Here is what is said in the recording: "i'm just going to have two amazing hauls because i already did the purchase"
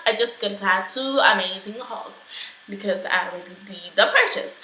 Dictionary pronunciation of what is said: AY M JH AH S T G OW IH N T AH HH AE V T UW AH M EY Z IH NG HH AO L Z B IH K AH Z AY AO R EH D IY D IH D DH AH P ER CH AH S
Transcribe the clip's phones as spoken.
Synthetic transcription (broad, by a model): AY JH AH S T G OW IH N T AH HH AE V T UW AH M EY Z IH NG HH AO L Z B IH K AH Z AY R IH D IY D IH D DH AH P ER CH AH S